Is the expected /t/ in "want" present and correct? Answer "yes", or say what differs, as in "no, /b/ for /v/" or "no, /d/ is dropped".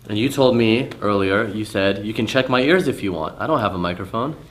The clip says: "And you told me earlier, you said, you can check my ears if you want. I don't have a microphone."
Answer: yes